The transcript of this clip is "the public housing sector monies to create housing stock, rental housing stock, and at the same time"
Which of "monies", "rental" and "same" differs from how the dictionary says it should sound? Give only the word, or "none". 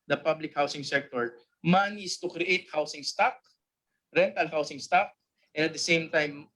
monies